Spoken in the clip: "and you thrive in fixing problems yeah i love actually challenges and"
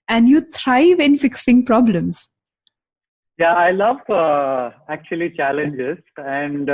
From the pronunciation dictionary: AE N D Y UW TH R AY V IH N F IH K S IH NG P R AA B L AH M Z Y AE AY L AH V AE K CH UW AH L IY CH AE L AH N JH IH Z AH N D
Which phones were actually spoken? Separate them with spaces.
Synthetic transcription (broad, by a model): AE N D Y UW T R AY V IH N F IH K S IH NG P R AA B L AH M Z Y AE AY L AH V AE K CH UW AH L IY CH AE L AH N JH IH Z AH N D